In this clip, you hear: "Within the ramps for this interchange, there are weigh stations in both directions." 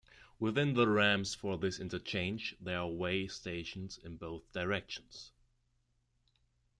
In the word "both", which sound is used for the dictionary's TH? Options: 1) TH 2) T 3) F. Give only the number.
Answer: 1